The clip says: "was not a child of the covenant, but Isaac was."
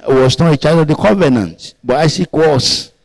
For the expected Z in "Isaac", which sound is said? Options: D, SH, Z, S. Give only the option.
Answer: S